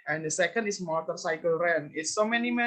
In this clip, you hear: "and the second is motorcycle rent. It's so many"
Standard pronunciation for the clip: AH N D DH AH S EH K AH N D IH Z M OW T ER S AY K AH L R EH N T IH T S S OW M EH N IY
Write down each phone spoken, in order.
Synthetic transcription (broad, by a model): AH N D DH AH S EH K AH N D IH S M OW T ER S AY K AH L R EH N IH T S S OW M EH N IY